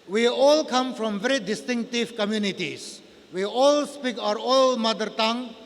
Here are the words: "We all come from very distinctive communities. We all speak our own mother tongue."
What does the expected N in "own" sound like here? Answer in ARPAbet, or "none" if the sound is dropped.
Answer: L